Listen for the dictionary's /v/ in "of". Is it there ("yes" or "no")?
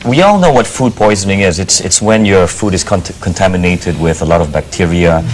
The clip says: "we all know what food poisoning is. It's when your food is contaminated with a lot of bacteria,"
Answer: yes